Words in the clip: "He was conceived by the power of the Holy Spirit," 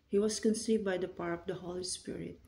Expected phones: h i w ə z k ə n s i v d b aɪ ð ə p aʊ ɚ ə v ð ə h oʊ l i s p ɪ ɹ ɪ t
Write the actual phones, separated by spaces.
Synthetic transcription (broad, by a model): h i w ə s k ə n s i v d b aɪ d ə p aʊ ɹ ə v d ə h oʊ l i s p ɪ ɹ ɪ t